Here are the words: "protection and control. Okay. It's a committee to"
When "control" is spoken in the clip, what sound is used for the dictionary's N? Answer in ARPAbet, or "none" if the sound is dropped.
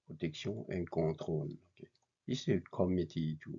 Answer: none